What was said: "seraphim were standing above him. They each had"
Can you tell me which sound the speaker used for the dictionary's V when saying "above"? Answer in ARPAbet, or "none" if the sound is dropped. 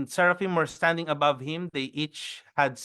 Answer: V